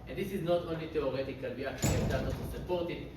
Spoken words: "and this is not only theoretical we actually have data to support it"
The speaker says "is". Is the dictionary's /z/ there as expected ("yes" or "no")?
yes